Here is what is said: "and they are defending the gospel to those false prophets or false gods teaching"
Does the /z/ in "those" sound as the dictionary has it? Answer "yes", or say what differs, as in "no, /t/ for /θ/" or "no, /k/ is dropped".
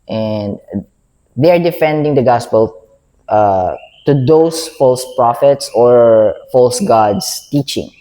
no, /s/ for /z/